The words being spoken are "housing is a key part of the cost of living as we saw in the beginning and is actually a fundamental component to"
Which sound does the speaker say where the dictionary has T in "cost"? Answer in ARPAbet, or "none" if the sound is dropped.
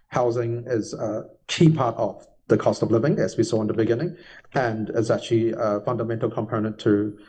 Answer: T